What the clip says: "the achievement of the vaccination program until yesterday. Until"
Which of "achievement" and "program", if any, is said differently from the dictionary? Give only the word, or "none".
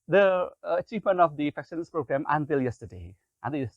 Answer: none